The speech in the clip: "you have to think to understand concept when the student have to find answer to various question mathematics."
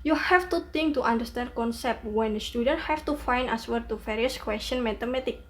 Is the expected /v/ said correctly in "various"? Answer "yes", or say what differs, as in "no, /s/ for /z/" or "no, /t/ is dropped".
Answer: no, /f/ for /v/